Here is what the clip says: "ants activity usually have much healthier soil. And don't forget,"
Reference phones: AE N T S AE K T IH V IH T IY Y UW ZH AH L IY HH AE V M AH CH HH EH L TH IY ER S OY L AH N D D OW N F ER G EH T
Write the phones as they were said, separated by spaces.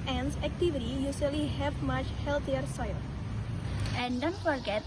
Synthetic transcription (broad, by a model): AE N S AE K T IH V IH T IY Y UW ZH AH L IY HH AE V M AH CH HH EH L T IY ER S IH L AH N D D OW N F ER G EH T